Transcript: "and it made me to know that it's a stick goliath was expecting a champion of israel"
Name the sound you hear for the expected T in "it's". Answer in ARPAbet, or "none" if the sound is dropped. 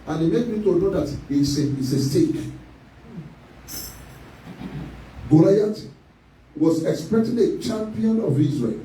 S